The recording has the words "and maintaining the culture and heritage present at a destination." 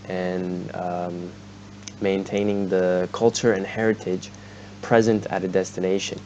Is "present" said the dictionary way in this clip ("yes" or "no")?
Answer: yes